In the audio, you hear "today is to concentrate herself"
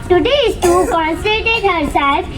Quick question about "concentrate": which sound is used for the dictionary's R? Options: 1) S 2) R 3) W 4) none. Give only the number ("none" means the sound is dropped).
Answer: 4